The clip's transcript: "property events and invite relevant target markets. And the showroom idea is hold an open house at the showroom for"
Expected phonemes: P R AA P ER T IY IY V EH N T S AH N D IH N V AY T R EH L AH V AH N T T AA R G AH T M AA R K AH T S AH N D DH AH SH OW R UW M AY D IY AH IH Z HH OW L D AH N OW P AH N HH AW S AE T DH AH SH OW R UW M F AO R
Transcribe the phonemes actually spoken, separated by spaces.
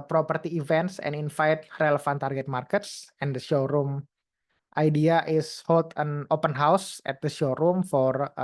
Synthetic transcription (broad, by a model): P R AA P ER T IY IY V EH N T S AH N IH N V AY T R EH L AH F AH N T T AA R G AH T M AA R K AH T S AH N D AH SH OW R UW M AY D IY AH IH S HH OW L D AH N OW P AH N HH AW S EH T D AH SH OW R UW M F AO R